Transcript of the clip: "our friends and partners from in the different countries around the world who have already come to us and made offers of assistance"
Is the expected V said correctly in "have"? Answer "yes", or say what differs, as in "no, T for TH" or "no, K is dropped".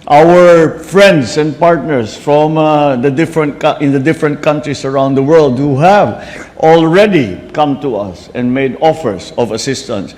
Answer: yes